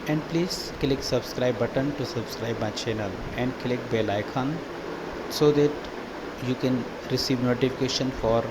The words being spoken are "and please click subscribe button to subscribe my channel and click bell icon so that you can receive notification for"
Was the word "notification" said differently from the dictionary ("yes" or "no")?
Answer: no